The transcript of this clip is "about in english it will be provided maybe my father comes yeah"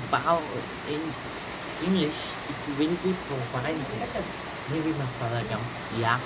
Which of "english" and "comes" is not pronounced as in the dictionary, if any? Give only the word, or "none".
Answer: comes